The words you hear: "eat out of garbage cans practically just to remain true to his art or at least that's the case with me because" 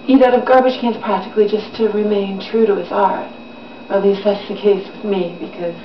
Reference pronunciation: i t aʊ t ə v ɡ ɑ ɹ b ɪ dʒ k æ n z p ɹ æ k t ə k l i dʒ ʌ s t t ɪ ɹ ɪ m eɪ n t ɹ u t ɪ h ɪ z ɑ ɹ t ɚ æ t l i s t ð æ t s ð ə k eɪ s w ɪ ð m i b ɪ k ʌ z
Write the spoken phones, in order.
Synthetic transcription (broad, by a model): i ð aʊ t ə v ɡ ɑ ɹ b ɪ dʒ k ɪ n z p ɹ æ k t ə k l i dʒ ʌ s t t ɪ ɹ ɪ m eɪ n t ɹ u t ɪ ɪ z ɑ ɹ t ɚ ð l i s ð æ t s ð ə k eɪ s w ɪ ð m i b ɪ k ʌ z